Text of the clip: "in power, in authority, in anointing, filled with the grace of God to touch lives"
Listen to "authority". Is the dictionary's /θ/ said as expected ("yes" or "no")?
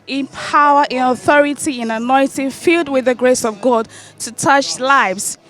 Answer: yes